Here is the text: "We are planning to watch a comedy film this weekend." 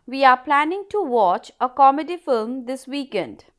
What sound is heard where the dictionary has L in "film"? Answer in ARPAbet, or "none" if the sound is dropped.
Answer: L